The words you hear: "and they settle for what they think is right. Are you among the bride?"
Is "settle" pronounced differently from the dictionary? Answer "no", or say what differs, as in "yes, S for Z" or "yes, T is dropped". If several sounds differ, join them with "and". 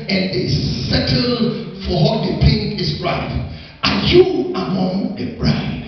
no